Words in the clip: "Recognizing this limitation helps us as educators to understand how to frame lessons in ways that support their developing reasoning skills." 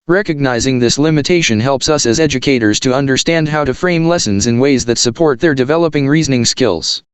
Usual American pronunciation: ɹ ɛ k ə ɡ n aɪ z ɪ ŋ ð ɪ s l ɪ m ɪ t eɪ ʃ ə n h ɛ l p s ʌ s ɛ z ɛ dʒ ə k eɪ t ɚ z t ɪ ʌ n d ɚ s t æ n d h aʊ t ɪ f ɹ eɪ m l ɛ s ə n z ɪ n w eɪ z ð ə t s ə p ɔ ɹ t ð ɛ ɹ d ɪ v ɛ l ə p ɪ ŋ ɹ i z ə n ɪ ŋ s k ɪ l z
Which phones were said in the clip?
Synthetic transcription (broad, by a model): ɹ ɛ k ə ɡ n aɪ z ɪ ŋ ð ɪ s l ɪ m ɪ t eɪ ʃ ə n h ɛ l p s ʌ s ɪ z ɛ dʒ ə k eɪ t ɚ z t ɪ ʌ n d ɚ s t æ n d h aʊ t ɪ f ɹ eɪ m l ɛ s ə n z ɪ n w eɪ z ð ə t s ə p ɔ ɹ t ð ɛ ɹ d ɪ v ɛ l ə p ɪ ŋ ɹ i z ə n ɪ ŋ s k ɪ l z